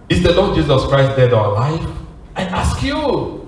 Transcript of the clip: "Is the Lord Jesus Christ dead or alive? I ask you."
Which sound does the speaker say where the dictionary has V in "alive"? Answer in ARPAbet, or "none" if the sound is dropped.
F